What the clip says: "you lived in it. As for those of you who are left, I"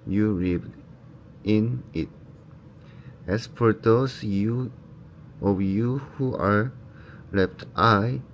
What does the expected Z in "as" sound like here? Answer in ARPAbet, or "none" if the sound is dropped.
S